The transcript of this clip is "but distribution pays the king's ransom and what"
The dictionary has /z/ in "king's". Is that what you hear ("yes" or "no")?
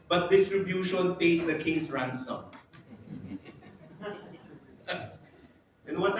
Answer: no